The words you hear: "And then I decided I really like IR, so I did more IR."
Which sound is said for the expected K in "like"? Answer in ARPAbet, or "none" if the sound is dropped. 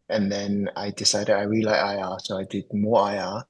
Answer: none